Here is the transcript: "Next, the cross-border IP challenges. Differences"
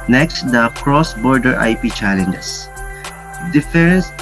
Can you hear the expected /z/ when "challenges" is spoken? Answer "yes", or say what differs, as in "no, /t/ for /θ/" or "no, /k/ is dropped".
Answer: no, /s/ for /z/